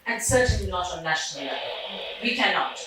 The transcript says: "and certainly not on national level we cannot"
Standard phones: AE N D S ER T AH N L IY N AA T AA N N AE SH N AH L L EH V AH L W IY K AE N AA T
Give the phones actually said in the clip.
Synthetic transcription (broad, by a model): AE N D S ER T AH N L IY N AA T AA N N AE SH N AH L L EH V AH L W IY K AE N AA T